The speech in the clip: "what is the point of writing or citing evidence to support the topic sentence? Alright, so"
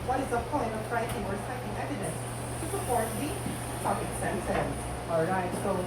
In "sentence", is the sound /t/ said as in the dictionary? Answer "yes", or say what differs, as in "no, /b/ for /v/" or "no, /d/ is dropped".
no, /s/ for /t/